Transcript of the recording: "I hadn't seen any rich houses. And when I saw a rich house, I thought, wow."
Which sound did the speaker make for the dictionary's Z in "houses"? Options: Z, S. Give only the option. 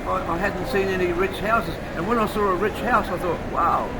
Z